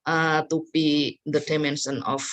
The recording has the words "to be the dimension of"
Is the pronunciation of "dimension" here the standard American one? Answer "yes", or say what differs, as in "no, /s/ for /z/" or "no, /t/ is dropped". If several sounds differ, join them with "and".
no, /s/ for /ʃ/